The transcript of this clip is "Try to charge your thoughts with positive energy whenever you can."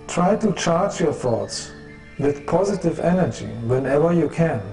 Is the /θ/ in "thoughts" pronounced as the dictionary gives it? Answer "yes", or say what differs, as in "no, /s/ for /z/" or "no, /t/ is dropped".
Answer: yes